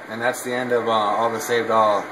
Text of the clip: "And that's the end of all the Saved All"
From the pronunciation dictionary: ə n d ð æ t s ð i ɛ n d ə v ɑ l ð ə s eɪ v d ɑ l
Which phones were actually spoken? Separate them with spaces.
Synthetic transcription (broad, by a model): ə n ð æ t s ð i ɛ n d ə v ɑ l ð ə s eɪ v d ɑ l